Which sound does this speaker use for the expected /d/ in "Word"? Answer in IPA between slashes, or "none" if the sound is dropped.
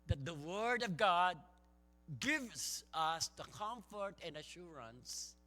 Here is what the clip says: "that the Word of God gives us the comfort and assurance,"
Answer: /d/